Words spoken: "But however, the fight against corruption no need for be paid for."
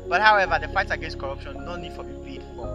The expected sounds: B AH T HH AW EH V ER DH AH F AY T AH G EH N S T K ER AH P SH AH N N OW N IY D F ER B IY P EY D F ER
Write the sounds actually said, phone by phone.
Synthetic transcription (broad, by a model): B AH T HH AW EH V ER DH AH F AY T AH G EH N S T K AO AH P SH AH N N OW N IY D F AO B IY B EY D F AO